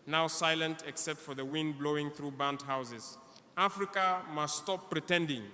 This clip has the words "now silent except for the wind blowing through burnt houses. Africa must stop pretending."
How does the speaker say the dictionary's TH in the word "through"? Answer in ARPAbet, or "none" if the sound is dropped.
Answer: TH